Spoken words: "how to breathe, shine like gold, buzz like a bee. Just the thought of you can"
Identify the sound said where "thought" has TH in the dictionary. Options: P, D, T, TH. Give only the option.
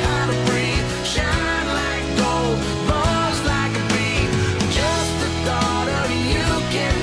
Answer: T